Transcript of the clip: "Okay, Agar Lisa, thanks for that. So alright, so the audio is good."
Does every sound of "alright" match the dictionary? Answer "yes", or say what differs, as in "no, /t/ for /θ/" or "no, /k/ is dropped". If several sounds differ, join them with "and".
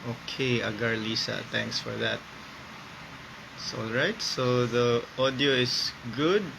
yes